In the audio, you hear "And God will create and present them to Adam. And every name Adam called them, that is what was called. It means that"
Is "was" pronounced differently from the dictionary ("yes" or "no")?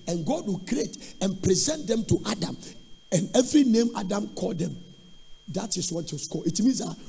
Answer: yes